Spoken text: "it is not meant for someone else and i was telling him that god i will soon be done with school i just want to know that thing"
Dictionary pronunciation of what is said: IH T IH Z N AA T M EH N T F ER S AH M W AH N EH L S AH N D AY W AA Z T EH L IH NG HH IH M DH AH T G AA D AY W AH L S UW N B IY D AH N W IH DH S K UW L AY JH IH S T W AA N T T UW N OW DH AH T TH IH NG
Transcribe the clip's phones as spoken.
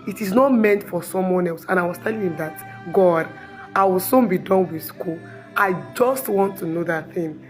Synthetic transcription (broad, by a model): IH T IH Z N AA T M EH N T F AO S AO M W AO N EH L S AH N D AY W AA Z T EH L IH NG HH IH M DH AH T G AA D AY W AH L S UW N B IY D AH N W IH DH S K UW L AY JH IH S T W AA N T T UW N OW DH AH T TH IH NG